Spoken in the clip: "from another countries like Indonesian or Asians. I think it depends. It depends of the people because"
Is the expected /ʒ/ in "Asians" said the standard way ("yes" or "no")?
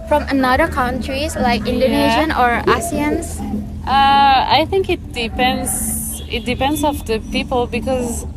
no